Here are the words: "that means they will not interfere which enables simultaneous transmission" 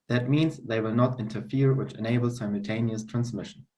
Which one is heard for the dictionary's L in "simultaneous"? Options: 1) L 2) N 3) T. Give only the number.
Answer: 1